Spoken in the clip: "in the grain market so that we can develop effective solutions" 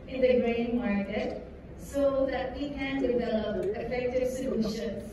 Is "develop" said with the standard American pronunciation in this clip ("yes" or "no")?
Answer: no